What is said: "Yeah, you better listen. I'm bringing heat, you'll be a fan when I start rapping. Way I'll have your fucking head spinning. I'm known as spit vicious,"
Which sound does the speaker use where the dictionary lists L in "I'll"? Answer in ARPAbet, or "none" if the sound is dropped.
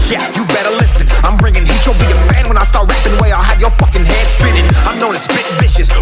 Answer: L